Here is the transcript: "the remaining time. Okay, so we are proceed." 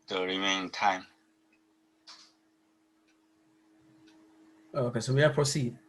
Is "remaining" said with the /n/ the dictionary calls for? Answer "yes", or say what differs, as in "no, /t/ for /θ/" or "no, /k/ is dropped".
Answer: no, /n/ is dropped